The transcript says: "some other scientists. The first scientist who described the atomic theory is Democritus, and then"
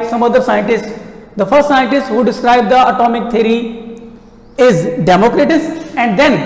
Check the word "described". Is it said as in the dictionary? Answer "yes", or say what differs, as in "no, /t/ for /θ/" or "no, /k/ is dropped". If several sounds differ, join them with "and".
yes